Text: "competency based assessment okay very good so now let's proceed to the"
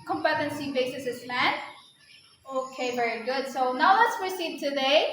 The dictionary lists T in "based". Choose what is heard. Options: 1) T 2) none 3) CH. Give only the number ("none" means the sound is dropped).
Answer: 2